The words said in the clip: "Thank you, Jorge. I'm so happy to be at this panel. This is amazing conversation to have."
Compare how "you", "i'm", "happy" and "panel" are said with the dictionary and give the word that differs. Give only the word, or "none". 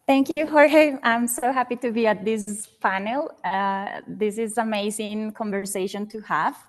panel